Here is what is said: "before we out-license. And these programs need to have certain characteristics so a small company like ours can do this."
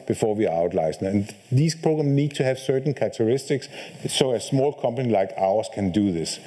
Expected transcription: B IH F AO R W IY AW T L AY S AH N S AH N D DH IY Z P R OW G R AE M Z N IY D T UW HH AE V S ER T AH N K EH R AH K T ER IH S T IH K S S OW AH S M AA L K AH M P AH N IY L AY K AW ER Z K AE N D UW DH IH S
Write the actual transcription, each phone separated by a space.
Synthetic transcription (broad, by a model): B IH F AO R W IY AW T L AY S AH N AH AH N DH IY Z P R OW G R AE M N IY D T UW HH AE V S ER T N K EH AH T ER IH S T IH K S S OW AH S M AA L K AH M P AH N IY L AY K AW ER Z K AE N D UW DH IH S